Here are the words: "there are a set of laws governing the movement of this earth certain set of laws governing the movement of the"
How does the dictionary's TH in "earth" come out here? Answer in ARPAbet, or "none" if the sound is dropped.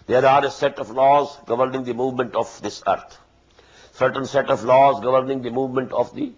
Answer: T